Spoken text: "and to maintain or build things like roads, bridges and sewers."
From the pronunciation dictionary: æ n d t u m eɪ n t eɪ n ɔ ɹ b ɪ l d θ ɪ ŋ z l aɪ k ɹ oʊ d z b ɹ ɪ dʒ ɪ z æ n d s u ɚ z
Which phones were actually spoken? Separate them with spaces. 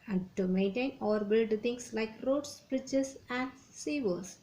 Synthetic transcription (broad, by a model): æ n d t u m eɪ n t eɪ n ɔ ɹ b ɪ l d t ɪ ŋ s l aɪ k ɹ oʊ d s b ɹ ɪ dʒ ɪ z æ n d s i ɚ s